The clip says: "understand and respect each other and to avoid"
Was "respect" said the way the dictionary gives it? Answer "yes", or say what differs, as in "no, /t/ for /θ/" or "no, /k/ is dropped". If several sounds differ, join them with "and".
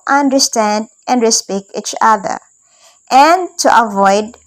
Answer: no, /t/ is dropped